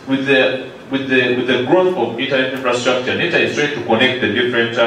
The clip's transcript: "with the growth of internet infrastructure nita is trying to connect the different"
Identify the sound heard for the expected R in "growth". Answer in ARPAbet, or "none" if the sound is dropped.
R